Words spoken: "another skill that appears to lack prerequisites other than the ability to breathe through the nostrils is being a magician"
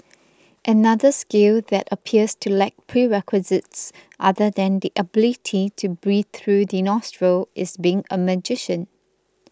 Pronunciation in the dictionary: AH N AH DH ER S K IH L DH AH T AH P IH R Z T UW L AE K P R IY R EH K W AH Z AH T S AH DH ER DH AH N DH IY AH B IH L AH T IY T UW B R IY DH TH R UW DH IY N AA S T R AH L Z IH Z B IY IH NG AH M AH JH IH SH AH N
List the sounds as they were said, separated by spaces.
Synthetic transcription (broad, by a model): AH N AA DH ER S K IH L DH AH T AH P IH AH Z T UW L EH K P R IY R EH K W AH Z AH T S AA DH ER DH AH N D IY AH B IH L AH T IY T UW B R IY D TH R UW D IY N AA S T R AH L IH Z B IY IH NG AH M AH JH IH SH AH N